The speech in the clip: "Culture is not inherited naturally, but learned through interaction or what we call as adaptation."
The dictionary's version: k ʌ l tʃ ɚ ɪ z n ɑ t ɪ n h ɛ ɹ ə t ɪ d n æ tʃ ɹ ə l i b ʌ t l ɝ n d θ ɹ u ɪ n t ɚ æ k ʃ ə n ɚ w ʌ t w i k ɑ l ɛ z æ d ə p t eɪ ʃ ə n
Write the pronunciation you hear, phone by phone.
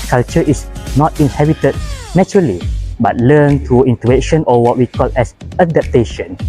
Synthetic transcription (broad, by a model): k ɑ l tʃ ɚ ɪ s n ɑ t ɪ n h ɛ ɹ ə t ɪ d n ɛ tʃ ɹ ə l i b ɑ t l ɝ n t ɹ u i n t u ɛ ʃ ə n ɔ w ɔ t w i k ɑ l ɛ s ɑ d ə p t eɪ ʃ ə n